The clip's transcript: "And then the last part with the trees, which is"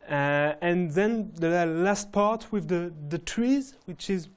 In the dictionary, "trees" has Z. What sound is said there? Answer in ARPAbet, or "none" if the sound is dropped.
Z